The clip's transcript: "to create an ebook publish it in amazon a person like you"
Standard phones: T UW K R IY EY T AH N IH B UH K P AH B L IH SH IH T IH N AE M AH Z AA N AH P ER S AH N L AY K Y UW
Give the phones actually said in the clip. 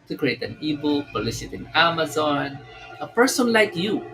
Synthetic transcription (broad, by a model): T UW K R IY EY T AH N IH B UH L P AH L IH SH IH T IH N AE M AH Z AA N AH P ER S AH N L AY K Y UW